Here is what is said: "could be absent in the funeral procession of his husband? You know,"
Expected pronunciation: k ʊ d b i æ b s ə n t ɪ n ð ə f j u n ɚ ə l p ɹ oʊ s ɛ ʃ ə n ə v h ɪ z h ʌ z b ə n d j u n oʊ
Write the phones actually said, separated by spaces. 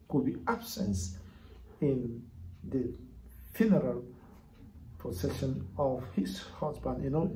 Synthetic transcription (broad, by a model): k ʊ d b i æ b s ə n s ɪ n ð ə f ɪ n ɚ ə l p oʊ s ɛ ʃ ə n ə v h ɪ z h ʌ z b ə n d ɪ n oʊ